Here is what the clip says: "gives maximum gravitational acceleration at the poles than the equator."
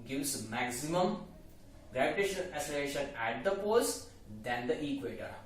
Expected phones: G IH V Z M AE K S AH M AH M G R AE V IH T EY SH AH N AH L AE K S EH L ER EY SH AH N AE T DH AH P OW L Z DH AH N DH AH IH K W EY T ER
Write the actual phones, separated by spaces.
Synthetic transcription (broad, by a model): G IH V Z M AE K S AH M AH M G R AE V IH T EY SH AH N AH L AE S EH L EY SH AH N AE T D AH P OW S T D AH N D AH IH K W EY T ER